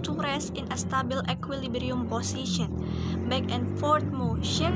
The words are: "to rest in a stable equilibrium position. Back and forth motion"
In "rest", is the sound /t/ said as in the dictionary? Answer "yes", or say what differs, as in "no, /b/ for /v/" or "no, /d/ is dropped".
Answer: no, /t/ is dropped